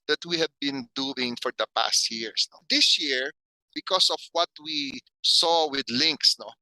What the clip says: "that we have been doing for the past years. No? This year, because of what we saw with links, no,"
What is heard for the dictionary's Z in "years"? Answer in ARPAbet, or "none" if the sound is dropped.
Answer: S